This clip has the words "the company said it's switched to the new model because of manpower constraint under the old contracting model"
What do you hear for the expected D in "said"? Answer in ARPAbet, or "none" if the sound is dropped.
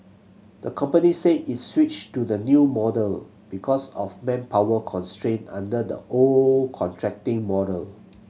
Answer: none